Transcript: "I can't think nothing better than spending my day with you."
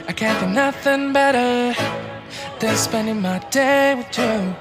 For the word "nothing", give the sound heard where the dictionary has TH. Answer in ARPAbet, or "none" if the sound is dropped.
TH